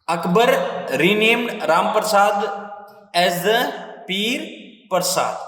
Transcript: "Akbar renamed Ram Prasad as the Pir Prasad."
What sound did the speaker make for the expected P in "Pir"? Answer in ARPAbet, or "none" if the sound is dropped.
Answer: P